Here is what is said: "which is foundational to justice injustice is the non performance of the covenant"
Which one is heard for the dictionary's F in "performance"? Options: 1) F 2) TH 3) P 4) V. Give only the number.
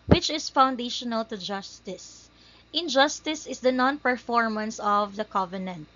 1